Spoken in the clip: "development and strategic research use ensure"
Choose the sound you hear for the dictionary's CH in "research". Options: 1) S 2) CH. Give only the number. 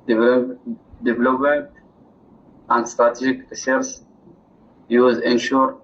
1